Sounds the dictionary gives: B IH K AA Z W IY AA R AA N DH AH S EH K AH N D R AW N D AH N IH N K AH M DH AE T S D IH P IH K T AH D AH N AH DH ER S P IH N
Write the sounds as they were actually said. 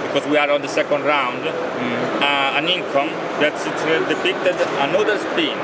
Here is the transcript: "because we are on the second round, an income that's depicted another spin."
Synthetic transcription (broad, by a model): B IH K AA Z W IY AA R AA N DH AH S EH K AH N D R AW N D AH N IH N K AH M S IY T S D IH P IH K T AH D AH N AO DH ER S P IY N